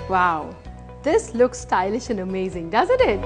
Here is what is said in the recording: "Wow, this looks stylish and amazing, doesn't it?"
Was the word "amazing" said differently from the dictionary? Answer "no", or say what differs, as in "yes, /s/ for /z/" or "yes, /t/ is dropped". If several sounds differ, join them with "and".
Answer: no